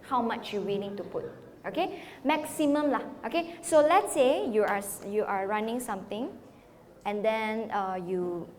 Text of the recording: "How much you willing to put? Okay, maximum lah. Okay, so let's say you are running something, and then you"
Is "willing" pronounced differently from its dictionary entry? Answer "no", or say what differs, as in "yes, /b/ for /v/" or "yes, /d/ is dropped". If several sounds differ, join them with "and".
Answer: yes, /n/ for /l/